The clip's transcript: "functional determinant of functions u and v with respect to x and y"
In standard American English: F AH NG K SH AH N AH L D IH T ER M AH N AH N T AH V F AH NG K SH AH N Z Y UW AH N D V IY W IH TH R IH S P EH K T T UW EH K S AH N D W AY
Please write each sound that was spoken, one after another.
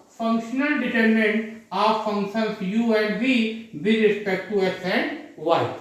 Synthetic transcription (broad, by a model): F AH NG K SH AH N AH L D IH T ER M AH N N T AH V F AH NG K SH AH N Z Y UW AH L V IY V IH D R IH S P EH K T T UW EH S AH N D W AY